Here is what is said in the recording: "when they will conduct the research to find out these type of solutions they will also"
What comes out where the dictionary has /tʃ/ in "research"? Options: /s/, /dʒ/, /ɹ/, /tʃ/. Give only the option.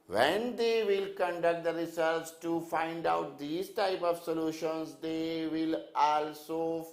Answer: /s/